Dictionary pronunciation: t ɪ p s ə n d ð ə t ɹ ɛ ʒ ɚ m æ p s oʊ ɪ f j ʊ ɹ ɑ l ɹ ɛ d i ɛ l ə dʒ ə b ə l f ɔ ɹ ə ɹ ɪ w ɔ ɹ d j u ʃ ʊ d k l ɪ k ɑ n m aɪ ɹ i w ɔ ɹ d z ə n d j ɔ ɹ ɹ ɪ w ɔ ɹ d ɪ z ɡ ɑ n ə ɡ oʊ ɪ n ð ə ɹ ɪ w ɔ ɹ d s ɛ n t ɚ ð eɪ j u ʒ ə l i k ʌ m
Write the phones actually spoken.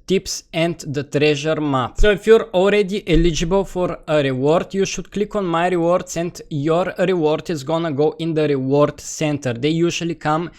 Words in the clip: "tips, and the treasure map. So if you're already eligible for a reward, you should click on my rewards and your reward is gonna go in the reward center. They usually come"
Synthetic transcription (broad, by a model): t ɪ p s ə n d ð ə t ɹ ɛ ʒ ɚ m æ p s oʊ ɪ f j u ɹ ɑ l ɹ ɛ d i ɛ l ə dʒ ə b ə l f ɔ ɹ ə ɹ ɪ w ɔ ɹ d j u ʃ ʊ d k l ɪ k ɑ n m aɪ ɹ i w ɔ ɹ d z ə n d j ɔ ɹ ɹ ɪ w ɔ ɹ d ɪ z ɡ ɑ n ə ɡ oʊ ɪ n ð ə ɹ ɪ w ɔ ɹ d s ɛ n t ɚ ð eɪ j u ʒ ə l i k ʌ m